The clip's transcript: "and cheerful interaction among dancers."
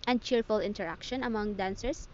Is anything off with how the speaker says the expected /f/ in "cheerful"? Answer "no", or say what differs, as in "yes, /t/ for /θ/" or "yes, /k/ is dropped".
no